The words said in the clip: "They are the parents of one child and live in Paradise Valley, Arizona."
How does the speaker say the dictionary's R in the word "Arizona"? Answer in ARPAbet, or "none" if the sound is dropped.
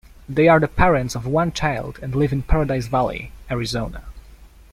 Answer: R